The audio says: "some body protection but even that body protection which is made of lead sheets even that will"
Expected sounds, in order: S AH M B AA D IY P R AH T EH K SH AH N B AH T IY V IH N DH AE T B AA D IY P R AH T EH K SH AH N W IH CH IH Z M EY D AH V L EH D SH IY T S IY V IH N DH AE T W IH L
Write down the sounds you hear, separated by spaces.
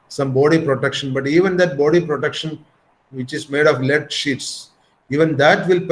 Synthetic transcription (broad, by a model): S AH M B AA D IY P R AH T EH K SH AH N B AH T IY V IH N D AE T B AA D IY P R AH T EH K SH AH N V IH CH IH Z M EY D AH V L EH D SH IY T S IY V IH N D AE T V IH L